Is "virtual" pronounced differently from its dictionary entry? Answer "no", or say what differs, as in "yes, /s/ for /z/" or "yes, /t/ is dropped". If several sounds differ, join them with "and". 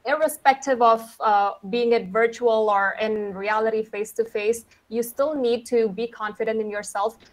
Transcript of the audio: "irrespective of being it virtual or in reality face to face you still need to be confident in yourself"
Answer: no